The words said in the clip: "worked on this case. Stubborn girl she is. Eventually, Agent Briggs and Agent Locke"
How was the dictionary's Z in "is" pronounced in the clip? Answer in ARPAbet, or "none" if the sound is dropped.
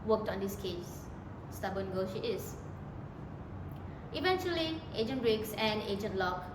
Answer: S